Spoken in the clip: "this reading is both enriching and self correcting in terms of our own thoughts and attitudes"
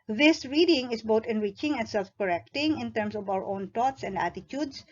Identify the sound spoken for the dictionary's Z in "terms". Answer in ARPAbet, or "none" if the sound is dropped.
S